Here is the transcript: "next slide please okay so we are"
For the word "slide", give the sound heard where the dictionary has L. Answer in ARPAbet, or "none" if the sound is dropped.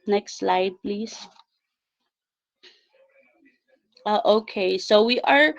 L